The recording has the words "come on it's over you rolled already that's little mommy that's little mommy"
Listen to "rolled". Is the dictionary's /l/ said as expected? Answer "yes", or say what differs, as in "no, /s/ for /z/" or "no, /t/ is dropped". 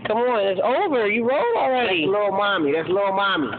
no, /l/ is dropped